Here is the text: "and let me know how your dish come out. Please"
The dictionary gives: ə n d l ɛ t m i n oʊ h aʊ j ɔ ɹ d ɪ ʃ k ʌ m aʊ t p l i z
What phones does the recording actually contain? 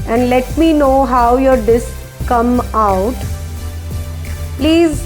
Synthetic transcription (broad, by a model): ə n d l ɛ t m i n oʊ h aʊ j ɔ ɹ d ɪ s k ʌ m aʊ t p l i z